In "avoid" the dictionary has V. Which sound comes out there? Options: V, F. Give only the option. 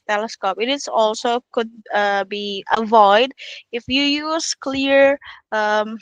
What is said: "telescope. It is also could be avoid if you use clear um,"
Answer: V